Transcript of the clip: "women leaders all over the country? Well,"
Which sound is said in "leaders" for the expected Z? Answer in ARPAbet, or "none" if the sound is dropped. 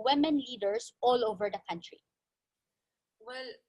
S